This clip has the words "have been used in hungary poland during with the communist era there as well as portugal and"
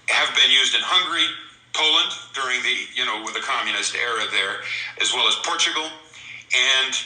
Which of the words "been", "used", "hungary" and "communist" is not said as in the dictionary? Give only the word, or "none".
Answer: none